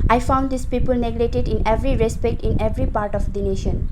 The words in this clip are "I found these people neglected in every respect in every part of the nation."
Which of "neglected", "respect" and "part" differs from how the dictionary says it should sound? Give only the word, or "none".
neglected